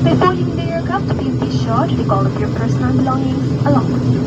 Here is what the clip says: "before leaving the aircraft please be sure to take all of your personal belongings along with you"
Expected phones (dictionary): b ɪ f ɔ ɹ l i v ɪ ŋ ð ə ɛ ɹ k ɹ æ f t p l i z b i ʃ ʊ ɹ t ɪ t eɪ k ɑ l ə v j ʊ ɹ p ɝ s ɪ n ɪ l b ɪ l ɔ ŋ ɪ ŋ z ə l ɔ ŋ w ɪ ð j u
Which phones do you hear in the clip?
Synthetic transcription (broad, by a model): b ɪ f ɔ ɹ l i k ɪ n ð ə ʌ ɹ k ʌ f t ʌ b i b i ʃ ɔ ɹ t ɪ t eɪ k ɑ l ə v j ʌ ɹ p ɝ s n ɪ n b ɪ l ɔ ŋ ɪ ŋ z ə l ɔ ŋ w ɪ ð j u